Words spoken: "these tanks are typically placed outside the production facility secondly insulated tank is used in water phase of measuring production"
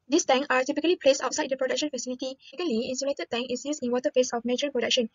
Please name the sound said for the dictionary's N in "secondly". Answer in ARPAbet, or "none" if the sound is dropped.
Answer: none